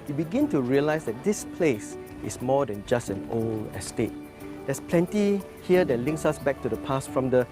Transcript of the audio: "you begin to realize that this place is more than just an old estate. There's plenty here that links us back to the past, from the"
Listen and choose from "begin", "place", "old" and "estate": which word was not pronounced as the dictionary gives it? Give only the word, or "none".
old